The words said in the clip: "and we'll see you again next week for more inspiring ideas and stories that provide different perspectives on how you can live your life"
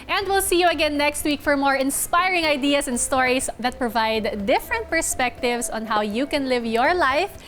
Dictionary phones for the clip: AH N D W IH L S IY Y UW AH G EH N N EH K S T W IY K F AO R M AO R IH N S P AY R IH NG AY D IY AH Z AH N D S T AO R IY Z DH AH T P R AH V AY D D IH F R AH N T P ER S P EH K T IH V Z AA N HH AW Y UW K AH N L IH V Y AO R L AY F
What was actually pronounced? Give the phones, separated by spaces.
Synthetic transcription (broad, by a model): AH N D W IH L S IY Y UW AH G EH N N EH K S T W IY K F AO R M AO R IH N S P AY R IH NG AY D IY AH S AH N D S T AO R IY S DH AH T P R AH V AY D D IH F R AH N T P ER S P EH K T IH V S AA N HH AW Y UW K AH N L IH V Y AO R L AY F